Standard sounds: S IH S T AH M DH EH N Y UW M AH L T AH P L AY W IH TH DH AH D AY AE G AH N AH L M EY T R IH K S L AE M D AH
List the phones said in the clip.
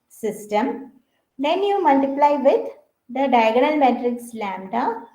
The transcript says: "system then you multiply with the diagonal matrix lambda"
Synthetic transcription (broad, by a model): S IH S T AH M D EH N Y UW M AH L T AH P L AY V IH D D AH D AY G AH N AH L M EY T R IH K S L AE M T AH